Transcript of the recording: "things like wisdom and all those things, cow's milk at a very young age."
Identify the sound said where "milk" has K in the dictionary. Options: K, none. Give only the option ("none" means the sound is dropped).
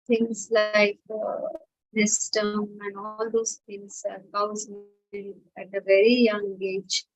none